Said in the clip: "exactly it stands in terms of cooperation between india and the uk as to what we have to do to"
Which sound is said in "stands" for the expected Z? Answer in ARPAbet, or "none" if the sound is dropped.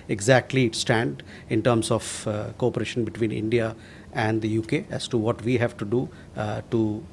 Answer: none